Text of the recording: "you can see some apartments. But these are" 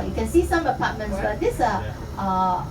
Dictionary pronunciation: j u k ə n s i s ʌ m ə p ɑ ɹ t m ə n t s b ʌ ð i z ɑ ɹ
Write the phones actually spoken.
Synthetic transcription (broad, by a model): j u k ə n s i s ʌ m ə p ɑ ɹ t m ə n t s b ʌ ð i s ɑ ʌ